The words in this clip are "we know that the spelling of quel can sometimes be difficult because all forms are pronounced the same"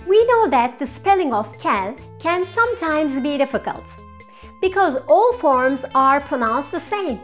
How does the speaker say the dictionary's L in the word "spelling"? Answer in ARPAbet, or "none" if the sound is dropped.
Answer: L